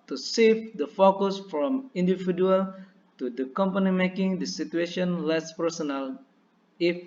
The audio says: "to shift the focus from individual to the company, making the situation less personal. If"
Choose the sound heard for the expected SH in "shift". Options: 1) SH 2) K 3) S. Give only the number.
3